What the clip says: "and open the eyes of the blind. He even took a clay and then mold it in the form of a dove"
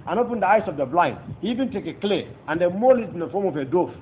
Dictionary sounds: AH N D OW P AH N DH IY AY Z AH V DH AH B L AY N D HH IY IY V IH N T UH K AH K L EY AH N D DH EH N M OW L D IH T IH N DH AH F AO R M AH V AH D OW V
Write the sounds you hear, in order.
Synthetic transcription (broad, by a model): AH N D OW P AH N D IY AY S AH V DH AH B L AY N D HH IY IY V IH N T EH K AH K L EY AH N D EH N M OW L IH T IH N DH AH F AO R M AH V AH D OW